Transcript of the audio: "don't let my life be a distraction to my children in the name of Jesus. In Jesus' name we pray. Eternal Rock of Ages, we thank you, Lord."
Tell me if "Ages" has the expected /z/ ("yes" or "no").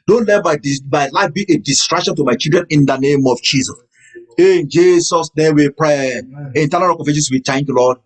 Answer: no